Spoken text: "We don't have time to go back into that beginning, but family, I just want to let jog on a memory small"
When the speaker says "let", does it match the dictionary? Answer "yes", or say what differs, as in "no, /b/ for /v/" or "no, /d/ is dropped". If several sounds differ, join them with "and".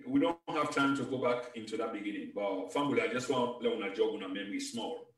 no, /n/ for /l/